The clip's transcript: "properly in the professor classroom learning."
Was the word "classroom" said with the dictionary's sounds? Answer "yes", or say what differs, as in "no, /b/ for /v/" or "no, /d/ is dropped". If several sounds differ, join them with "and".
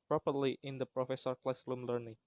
no, /l/ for /ɹ/